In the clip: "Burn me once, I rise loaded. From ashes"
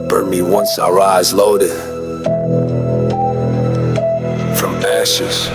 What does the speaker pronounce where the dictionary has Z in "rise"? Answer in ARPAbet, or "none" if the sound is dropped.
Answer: Z